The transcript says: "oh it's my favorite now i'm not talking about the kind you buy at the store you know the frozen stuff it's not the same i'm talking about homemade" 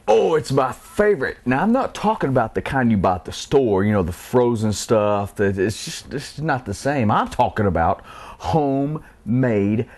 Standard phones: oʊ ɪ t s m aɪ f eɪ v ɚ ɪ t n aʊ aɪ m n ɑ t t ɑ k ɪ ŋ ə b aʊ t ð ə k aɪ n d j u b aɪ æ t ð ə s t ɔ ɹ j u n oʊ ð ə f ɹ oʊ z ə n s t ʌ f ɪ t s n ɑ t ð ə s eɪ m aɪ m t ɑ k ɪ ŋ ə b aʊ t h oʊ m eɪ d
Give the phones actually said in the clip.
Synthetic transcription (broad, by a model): oʊ ɪ t s m aɪ f eɪ v ɚ ɪ t n aʊ aɪ m n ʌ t t ɑ k ɪ ŋ ə b aʊ t ð ə k aɪ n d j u b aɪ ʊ t ð ə s t ɔ ɹ j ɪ n oʊ ð ə f ɹ oʊ z ə n s t ʌ f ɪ t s n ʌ t ð ə s eɪ m aɪ m t ɑ k ɪ ŋ ə b aʊ t h oʊ m eɪ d